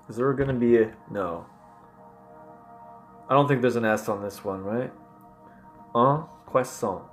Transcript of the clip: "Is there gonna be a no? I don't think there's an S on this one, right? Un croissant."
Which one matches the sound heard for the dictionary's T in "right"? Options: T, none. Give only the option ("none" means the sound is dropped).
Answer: T